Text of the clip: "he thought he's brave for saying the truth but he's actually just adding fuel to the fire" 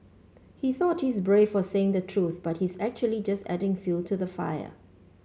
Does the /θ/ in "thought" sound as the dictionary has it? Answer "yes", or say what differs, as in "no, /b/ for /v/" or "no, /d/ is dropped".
yes